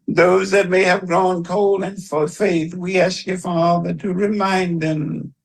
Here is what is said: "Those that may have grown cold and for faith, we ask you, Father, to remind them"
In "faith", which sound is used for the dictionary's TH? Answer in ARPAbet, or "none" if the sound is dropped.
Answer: TH